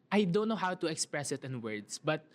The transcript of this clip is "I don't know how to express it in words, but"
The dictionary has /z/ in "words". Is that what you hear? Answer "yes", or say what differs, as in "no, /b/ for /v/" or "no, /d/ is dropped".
no, /s/ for /z/